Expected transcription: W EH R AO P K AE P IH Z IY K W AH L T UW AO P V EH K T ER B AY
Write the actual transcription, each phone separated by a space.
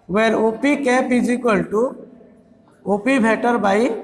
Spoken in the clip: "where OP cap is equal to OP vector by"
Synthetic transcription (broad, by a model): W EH R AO P K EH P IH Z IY K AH L T UW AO P B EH T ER B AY